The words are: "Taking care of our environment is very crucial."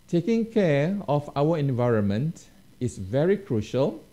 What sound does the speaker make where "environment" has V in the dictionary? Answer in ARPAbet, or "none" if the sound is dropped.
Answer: V